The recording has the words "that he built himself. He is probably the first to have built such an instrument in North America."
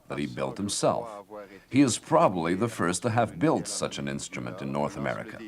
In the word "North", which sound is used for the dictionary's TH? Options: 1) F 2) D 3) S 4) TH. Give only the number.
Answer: 4